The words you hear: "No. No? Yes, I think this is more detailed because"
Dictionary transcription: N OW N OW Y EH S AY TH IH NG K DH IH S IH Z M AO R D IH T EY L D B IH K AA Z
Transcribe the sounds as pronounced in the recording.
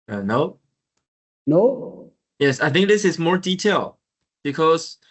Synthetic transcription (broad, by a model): N OW N OW Y EH S AY TH IH NG K DH IH S IH Z M AO R D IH T EY L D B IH K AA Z